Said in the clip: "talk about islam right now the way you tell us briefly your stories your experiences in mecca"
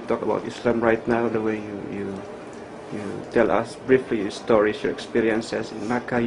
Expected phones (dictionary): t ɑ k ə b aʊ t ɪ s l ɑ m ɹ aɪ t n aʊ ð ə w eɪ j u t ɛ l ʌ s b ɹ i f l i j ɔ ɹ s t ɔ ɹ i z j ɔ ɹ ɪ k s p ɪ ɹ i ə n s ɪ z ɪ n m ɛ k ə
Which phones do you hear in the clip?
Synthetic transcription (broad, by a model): t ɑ k ə b aʊ t ɪ s l ɑ m ɹ aɪ t n aʊ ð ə w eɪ j u t ɛ l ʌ s b ɹ i f l i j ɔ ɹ s t ɔ ɹ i s j ɔ ɹ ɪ k s p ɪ ɹ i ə n s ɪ s ɪ n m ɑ k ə